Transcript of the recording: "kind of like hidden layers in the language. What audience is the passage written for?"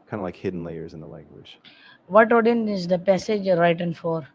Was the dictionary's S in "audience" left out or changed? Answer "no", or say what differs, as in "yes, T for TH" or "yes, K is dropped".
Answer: yes, S is dropped